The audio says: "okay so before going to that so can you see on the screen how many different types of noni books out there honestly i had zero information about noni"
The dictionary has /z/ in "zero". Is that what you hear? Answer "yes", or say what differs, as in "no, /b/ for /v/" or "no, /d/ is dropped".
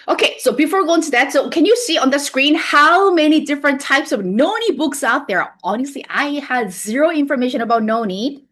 yes